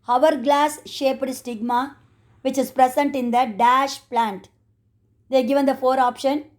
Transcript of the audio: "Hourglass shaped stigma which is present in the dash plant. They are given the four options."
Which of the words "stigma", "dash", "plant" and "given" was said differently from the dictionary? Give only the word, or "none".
none